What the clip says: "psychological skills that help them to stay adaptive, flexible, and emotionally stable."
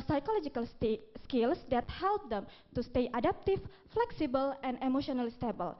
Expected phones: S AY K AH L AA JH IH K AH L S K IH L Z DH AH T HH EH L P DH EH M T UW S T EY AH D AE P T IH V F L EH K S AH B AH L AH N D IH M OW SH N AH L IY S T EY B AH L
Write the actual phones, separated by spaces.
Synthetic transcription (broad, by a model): S AY K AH L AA JH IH K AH L S K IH L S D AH T HH EH L P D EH M T UW S T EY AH D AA P T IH F F L EH K S AH B AH L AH N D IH M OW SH N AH L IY S T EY B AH L